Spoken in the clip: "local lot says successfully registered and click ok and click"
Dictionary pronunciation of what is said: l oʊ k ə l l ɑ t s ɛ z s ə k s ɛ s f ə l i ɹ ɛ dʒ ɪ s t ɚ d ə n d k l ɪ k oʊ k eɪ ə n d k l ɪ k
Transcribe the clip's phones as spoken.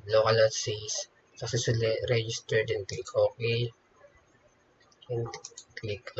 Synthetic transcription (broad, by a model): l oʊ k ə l l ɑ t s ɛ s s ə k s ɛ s ə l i ɹ ɛ dʒ ɪ s t ɚ d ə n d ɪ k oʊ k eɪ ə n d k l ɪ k